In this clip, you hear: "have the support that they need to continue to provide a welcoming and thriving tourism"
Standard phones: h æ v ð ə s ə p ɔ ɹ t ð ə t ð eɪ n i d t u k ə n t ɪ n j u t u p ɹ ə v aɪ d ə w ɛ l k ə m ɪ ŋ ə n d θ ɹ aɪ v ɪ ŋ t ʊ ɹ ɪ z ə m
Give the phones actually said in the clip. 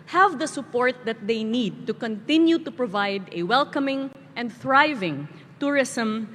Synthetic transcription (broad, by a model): h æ v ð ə s ə p ɔ ɹ t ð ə t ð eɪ n i d t u k ə n t ɪ n j u t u p ɹ ə v aɪ d ə w ɛ l k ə m ɪ ŋ ə n d θ ɹ aɪ v ɪ ŋ t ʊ ɹ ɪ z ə m